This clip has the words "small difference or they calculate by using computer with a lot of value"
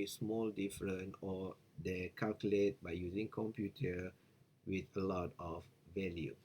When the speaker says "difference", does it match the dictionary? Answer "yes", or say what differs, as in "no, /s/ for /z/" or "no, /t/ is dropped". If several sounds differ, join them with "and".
no, /s/ is dropped